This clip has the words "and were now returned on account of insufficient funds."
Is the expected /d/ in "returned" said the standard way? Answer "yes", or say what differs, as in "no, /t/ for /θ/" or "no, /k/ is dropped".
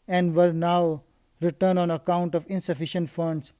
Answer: no, /d/ is dropped